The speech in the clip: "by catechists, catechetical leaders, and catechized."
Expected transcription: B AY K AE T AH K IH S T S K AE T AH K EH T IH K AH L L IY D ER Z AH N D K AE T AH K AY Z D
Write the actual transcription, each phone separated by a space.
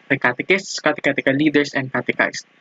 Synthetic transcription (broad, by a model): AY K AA T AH K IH S T S K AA T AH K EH T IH K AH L L IY D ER S AH N D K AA T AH K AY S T